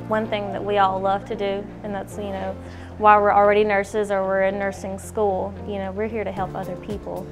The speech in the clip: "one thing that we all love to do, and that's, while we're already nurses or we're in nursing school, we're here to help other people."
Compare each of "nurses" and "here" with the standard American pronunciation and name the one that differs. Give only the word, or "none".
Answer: none